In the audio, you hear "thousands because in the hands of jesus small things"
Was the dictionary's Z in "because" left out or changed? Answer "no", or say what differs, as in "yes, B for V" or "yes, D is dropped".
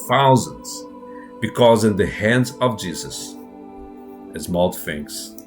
no